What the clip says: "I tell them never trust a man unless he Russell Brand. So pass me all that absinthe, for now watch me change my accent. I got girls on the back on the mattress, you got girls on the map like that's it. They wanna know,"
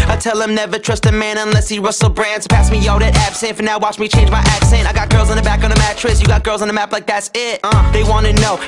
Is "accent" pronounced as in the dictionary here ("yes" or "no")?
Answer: yes